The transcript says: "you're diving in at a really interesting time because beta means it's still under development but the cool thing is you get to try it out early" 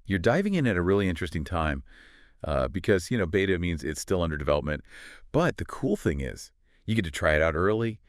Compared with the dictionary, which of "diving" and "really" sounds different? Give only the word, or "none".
none